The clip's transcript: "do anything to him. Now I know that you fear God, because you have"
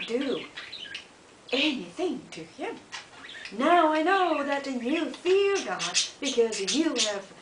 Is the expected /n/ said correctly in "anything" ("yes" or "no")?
yes